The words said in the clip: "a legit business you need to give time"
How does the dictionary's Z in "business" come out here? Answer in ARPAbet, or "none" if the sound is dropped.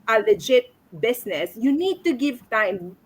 S